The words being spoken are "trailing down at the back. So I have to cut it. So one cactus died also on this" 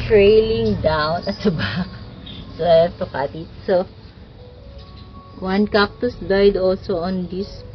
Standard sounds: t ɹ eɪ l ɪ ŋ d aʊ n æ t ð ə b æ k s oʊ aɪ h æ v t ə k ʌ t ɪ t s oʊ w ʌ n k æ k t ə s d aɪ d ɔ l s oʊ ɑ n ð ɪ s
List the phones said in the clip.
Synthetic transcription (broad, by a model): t ɹ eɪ l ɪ ŋ d aʊ n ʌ t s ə b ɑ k s oʊ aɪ t ə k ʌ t ɪ t s oʊ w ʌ n k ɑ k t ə s d aɪ d ɔ l s oʊ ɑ n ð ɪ s